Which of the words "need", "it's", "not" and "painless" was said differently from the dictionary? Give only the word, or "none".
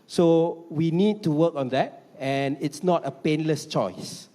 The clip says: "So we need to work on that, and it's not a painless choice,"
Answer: none